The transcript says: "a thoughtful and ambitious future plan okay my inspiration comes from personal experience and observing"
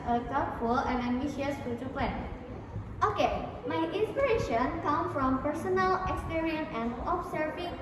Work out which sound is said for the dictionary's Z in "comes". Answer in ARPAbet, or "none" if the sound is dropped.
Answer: none